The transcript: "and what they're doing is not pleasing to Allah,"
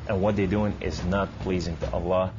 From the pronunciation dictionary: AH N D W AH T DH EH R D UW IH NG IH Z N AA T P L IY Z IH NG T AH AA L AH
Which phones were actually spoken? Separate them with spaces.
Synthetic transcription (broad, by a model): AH N W AH T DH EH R D UW IH NG IH Z N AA T P L IY Z IH NG T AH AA L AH